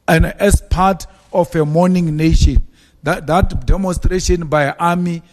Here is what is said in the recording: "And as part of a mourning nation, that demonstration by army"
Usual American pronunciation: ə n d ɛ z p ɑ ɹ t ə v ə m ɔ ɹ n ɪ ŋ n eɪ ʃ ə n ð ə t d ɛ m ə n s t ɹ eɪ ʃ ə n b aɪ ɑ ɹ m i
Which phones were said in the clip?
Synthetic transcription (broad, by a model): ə n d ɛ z p ɑ t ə f ə m ɔ n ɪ ŋ n eɪ ʃ ə n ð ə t d ɛ m ə n s t ɹ eɪ ʃ ə n b aɪ ɑ m i